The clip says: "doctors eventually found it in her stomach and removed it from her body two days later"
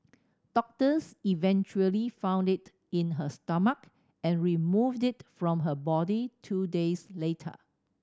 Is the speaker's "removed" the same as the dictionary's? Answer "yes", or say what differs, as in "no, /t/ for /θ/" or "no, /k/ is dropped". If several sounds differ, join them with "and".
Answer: yes